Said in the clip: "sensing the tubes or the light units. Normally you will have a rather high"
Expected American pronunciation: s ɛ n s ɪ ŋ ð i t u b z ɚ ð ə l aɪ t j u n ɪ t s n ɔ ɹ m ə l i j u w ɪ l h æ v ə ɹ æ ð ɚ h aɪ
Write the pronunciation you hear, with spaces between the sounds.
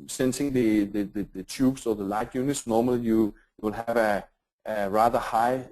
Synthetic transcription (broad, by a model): s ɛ n s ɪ ŋ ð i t u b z ɚ ð ə l aɪ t j u n ɪ t s n ɔ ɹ m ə l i j u w ɪ l h æ v ə ɹ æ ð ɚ h aɪ